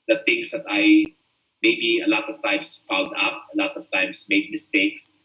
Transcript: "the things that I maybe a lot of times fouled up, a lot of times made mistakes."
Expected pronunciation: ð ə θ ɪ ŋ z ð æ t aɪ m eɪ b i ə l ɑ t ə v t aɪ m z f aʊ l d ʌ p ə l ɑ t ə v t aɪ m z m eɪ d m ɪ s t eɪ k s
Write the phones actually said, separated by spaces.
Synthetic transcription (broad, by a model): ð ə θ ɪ ŋ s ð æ t aɪ m eɪ b i ə l ɑ t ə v t aɪ m s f aʊ n d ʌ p ə l ɑ t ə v t aɪ m s m eɪ d m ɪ s t eɪ k s